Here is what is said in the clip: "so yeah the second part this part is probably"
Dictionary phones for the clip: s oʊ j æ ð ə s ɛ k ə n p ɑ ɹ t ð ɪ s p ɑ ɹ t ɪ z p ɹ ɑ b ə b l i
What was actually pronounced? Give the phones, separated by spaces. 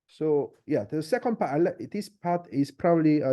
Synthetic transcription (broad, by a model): s oʊ j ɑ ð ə s ɛ k ə n p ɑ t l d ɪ s p ɑ t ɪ s p ɹ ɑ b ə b l i